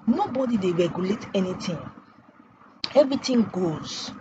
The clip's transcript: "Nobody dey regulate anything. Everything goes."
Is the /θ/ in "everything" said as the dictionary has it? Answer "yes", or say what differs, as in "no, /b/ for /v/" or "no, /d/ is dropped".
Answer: no, /t/ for /θ/